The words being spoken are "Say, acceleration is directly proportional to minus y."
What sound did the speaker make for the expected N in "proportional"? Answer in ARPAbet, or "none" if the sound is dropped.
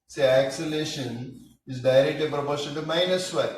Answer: none